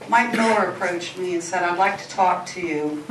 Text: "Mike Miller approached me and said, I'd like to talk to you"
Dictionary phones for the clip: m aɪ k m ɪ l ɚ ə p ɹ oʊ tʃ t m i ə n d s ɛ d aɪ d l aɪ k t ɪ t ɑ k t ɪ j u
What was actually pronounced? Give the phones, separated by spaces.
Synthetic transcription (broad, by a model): m aɪ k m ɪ ɚ ə p ɹ oʊ tʃ t m i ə n s ɛ d aɪ d l aɪ k t ɪ t ɑ k t ɪ j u